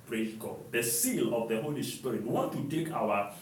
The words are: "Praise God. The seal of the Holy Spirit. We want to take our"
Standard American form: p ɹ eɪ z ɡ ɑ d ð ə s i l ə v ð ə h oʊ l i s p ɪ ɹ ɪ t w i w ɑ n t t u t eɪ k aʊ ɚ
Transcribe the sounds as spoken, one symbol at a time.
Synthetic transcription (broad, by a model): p ɹ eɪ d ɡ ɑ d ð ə s i l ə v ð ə h oʊ l i s p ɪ ɹ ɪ t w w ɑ n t t u t eɪ k aʊ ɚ